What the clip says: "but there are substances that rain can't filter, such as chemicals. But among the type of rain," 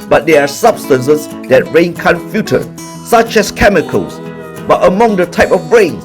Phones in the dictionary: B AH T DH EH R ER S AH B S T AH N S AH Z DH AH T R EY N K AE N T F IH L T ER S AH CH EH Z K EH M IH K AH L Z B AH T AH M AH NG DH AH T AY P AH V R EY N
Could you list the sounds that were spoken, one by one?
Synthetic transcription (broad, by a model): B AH T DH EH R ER S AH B S T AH N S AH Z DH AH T R EY N K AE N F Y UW T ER S AH CH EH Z K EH M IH K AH L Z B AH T AH M AH NG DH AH T AY P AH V R EY N